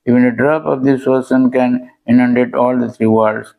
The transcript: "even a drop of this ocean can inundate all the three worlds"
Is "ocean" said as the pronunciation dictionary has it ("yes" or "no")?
no